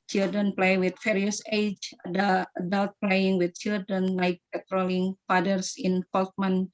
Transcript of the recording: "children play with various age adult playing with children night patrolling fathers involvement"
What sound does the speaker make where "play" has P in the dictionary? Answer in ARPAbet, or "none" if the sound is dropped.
P